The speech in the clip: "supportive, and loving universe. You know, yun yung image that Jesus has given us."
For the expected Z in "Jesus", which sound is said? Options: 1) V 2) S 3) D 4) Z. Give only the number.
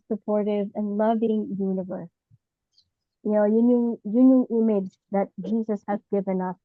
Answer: 4